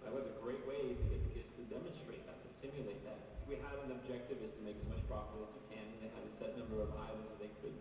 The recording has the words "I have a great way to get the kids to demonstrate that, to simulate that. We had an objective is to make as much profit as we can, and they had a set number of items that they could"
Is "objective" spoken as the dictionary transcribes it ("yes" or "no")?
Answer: yes